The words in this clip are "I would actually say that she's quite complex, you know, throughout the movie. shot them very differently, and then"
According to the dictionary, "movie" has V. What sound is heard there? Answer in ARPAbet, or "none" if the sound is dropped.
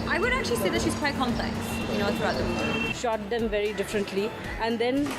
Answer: none